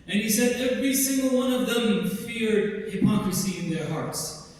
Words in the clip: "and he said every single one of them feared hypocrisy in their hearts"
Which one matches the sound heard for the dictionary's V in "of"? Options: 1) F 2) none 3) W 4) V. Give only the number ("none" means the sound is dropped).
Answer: 4